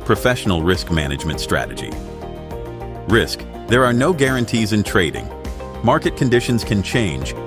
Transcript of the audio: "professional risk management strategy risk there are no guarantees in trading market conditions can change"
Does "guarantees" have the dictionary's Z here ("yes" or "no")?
yes